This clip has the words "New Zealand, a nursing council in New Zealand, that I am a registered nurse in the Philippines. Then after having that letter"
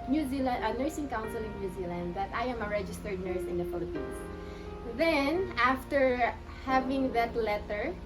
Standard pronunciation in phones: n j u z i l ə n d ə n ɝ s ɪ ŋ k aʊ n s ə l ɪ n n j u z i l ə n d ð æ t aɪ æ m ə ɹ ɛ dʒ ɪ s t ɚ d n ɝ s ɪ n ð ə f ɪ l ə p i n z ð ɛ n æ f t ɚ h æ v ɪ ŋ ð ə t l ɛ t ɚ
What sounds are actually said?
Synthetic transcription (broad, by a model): n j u z i l ə n d ə n ɝ s ɪ ŋ k aʊ n s ə l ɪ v n j u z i l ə n d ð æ t aɪ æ m ə ɹ ɛ dʒ ɪ s t ɚ d n ɝ s ɪ n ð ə f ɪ l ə p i n s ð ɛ n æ f t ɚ h æ v ɪ ŋ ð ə t l ɛ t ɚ